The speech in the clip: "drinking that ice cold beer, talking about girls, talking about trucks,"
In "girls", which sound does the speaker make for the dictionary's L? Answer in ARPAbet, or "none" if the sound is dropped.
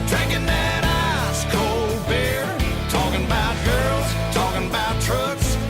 L